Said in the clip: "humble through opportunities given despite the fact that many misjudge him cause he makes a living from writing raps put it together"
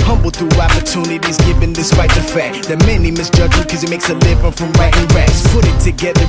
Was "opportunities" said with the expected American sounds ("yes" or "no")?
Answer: yes